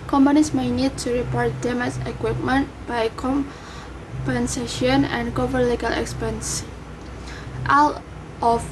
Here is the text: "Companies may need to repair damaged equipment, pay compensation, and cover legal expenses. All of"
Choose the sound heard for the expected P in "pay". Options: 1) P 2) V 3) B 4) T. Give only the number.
3